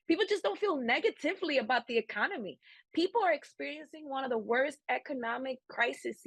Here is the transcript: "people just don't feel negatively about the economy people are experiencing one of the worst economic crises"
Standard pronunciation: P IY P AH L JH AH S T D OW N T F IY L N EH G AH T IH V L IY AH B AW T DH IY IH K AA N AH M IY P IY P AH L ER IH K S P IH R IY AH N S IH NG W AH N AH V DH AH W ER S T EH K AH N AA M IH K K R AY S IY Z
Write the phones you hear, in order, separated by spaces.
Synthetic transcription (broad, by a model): P IY P L JH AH S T D OW N T F IY L N EH G AH T IH V L IY AH B AW T DH IY IH K AA N AH M IY P IY P L ER IH K S P IH R IY AH N S IH NG W AH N AH V DH AH W ER S T EH K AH N AA M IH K K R AY S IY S